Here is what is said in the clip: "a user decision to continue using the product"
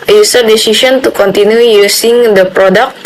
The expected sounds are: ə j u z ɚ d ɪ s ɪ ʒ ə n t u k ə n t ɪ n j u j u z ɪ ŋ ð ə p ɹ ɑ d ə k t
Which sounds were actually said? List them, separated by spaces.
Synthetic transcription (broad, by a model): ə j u s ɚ d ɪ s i s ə n t u k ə n t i n j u j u s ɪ ŋ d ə p ɹ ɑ d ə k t